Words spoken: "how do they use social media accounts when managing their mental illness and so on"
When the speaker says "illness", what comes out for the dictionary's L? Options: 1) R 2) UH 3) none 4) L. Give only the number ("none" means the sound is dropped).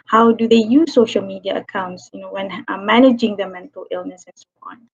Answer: 4